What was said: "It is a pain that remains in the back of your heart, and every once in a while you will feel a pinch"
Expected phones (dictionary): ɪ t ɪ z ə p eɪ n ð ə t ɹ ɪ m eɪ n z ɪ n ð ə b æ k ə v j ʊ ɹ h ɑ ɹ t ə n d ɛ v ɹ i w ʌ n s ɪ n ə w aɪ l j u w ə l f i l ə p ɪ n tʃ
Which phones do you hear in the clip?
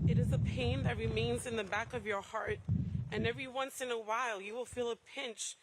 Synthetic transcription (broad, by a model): ɪ t ɪ z ə p eɪ n ð ə t ɹ ɪ m eɪ n z ɪ n ð ə b æ k ə v j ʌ ɹ h ɑ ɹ t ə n ɛ v ɹ i w ʌ n s ɪ n ə w aɪ l j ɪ w ə l f i l ə p ɪ n tʃ